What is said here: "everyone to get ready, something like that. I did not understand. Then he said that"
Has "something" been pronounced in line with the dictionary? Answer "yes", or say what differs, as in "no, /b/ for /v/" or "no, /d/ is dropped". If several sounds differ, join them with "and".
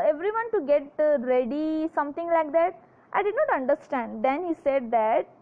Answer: no, /t/ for /θ/